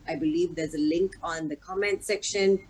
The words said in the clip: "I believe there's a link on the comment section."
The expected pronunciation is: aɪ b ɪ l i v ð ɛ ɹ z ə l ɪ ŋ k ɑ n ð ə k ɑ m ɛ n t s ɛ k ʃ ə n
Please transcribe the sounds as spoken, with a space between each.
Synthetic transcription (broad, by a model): aɪ b ɪ l i v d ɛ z ə l ɪ ŋ k ɑ n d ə k ɑ m ɛ n t s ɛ k ʃ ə n